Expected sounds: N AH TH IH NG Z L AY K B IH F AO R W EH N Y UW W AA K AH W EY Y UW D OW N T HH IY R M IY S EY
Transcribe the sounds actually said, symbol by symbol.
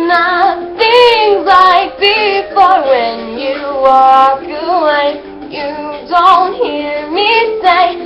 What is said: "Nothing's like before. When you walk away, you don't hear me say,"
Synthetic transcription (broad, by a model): N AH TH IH NG Z L AY K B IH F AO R W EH N Y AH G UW AH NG Y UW D OW N T HH IY R M IY S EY